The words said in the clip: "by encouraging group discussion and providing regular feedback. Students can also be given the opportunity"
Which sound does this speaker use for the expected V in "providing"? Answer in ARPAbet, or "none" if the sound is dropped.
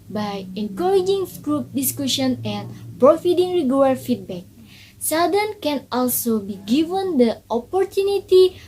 F